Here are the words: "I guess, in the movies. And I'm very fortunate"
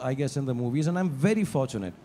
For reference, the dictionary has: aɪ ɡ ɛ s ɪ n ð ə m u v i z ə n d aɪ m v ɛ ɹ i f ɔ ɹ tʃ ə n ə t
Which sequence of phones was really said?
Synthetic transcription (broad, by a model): aɪ ɡ ɛ s ɪ n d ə m u v i z ə n d aɪ m v ɛ ɹ i f ɔ ɹ tʃ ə n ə t